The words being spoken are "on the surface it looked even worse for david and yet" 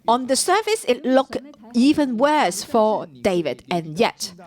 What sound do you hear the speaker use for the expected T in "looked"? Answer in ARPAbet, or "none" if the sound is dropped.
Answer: none